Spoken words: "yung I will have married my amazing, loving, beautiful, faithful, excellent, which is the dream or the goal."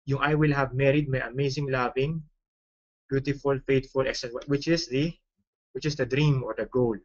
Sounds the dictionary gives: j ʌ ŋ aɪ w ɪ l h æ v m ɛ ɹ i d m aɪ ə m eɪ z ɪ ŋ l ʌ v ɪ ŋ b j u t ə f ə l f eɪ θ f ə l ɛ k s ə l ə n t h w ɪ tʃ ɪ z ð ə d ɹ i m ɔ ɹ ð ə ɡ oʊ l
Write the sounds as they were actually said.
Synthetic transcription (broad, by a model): j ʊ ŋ aɪ w ɪ l h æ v m ɛ ɹ i d m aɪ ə m eɪ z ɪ ŋ l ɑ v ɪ ŋ b j u t ə f ə l f eɪ t f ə l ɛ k s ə w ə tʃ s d w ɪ tʃ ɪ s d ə d ɹ i m ɔ ɹ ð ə ɡ oʊ l